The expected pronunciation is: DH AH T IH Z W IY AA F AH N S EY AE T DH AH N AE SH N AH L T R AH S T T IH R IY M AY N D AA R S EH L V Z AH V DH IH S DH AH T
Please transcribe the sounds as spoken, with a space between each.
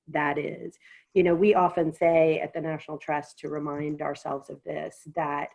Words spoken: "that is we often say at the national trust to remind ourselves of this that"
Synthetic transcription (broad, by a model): DH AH T IH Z W IY AA F AH N S EY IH T DH AH N AE SH N L T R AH S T T IH R IY M AY N D AA R S EH L V Z AH V DH IH S DH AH T